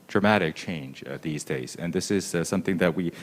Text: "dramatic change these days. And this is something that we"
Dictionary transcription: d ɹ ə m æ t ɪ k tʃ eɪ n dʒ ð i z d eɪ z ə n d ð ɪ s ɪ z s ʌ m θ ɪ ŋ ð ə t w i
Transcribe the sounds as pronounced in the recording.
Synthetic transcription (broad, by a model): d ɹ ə m æ t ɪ k tʃ eɪ n dʒ ð i z d eɪ z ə n ð ɪ s ɪ z s ʌ m θ ɪ ŋ ð ə t w i